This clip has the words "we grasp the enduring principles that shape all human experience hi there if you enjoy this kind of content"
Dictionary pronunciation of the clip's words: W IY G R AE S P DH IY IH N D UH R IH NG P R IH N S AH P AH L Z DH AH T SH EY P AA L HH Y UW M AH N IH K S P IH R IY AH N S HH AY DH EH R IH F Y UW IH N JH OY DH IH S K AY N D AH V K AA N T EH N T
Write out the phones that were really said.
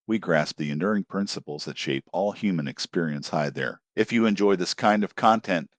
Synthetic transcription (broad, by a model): W IY G R AE S P DH IY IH N D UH R IH NG P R IH N S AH P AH L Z DH AH T SH EY P AA L HH Y UW M AH N IH K S P IH R IY AH N S HH AY DH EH R IH F Y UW IH N JH OY DH IH S K AY N D AH V K AA N T EH N T